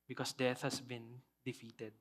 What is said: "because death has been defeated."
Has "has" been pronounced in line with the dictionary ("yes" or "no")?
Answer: no